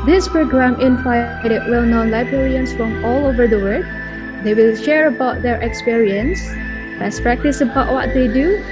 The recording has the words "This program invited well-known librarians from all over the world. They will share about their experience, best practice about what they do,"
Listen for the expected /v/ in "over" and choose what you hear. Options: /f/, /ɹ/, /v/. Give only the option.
/v/